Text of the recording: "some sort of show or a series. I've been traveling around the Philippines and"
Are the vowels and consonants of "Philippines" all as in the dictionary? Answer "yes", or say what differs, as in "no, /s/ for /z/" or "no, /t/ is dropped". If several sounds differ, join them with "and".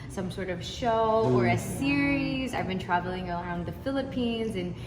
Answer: yes